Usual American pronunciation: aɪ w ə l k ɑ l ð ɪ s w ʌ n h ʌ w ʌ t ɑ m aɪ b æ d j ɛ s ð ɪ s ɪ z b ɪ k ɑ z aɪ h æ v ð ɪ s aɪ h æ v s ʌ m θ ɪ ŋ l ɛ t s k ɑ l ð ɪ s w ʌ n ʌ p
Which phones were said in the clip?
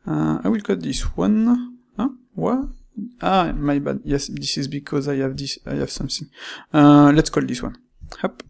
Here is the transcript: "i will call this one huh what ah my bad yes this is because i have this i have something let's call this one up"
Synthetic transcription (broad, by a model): aɪ w ə l k ɑ l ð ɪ s w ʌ n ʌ w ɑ ɑ m aɪ b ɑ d j ɛ s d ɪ s ɪ z b ɪ k ɑ z aɪ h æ v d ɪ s aɪ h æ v s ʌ m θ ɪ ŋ l ɛ t s k ɑ l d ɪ s w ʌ n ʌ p